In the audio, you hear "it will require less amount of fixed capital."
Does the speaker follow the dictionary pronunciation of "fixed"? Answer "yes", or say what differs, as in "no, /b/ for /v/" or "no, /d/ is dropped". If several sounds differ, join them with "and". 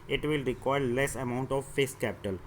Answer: no, /k/ is dropped